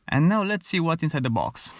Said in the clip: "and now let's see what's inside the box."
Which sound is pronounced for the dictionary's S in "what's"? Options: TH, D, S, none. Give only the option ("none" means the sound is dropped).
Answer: none